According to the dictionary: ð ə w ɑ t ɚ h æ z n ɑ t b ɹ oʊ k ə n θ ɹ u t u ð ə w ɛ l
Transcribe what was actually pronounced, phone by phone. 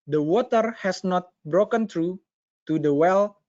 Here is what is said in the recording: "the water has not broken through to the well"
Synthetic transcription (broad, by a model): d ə w ɑ t ɚ h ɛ s n ɑ t b ɹ oʊ k ə n t ɹ u t u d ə w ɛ l